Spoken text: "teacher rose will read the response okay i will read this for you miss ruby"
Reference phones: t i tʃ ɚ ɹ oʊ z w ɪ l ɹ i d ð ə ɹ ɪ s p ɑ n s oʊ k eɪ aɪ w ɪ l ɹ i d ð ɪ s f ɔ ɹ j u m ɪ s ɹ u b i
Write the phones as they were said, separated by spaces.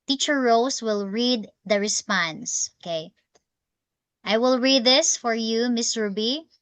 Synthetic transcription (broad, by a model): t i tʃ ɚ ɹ oʊ s w ɪ l ɹ i d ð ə ɹ ɪ s p ɑ n s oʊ k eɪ aɪ w ɪ l ɹ i d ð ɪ s f ɔ ɹ j u m ɪ s ɹ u b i